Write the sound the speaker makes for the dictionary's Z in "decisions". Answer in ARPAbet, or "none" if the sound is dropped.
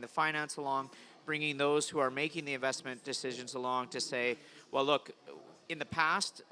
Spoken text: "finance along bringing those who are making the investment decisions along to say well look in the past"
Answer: Z